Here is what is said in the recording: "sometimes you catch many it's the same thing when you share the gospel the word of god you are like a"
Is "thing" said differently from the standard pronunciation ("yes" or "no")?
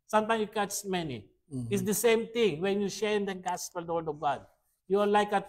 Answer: yes